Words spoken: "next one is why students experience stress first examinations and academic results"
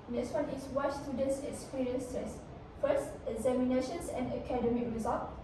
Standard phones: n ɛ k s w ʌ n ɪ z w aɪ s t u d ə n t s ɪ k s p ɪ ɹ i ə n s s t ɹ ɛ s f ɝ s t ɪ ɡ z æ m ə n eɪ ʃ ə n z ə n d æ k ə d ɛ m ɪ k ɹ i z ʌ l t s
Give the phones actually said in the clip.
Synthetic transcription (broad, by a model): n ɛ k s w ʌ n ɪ s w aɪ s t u d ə n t s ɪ k s p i ɹ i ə n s s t ɛ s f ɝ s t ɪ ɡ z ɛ m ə n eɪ ʃ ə n s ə n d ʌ k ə d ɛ m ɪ k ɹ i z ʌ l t